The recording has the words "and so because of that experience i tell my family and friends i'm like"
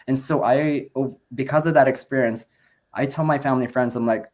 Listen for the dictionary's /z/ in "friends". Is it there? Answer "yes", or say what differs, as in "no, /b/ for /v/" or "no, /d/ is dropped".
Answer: yes